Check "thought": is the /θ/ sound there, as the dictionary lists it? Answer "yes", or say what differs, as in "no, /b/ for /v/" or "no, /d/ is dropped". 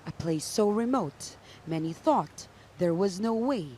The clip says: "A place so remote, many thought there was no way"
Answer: yes